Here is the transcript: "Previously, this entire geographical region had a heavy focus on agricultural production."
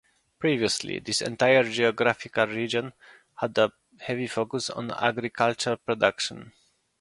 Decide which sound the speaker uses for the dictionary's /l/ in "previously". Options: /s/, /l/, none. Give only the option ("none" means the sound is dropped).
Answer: /l/